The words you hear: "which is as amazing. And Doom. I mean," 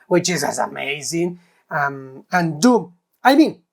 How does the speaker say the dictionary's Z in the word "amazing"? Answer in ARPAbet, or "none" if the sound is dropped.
Z